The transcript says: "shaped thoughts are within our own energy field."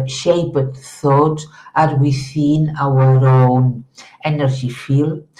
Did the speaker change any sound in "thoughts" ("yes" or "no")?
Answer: yes